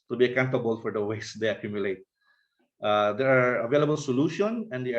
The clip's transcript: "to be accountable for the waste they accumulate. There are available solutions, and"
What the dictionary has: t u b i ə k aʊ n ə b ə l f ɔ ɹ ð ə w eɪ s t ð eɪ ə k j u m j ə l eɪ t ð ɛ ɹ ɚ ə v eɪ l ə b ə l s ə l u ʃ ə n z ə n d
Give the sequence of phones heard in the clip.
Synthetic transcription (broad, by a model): t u b i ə k aʊ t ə b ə l f ɔ ɹ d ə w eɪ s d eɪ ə k j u m j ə l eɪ t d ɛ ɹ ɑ ə v eɪ l ə b ə l s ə l u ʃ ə n ə n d